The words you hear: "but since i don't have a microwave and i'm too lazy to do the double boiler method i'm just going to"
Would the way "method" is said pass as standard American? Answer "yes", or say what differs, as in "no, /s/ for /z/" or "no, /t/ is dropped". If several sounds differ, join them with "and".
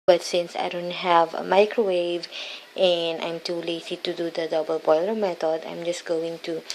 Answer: no, /t/ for /θ/